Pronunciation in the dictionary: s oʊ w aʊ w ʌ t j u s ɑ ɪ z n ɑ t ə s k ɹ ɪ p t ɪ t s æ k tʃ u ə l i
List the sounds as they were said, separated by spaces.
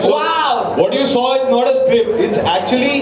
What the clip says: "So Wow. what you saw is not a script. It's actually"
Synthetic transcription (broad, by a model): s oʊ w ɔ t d j u s ɑ ɪ z n ɑ t ə s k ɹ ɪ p ɪ t s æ k tʃ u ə l i